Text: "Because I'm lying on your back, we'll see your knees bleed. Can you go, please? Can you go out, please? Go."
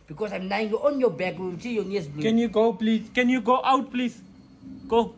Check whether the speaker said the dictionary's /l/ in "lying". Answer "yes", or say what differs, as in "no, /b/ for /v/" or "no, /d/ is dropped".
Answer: no, /n/ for /l/